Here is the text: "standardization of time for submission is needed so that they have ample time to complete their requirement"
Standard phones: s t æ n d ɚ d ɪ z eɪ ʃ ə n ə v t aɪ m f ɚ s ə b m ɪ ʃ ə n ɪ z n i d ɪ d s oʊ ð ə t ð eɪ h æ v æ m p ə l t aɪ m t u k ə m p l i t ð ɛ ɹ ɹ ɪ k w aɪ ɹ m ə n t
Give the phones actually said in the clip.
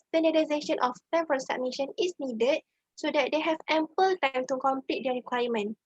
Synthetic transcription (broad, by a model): s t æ n d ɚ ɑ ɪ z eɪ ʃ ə n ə f t aɪ m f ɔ s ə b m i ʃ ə n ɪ s n i d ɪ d s oʊ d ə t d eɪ h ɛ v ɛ m p ə l t aɪ m t u k ə m p l i t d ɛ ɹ ɹ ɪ k w aɪ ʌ m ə n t